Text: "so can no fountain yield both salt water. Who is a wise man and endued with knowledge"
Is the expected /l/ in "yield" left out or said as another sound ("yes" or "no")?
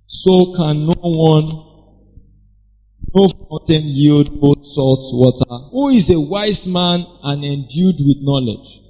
no